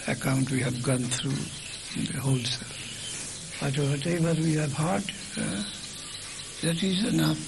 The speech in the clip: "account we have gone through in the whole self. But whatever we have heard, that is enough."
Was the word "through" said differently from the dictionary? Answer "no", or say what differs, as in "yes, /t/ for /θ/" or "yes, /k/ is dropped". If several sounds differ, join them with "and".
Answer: yes, /t/ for /θ/